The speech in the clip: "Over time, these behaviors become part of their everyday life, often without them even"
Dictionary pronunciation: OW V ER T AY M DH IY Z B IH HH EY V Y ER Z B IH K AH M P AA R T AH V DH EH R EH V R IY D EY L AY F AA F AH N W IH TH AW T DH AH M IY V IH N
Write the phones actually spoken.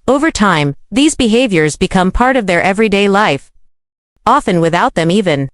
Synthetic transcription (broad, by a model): OW V ER T AY M DH IY Z B IH HH EY V Y ER Z B IH K AH M P AA R T AH V DH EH R EH V R IY D EY L AY F AA F AH N W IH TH AW T DH AH M IY V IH N